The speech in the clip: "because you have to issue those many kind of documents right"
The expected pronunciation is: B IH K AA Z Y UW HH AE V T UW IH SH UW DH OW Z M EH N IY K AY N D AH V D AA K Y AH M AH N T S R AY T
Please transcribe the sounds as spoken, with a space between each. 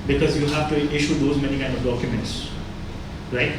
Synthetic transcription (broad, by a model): B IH K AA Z Y UW HH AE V T UW IH SH UW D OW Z M EH N IY K AY N D AH V D AA K Y AH M AH N T S R AY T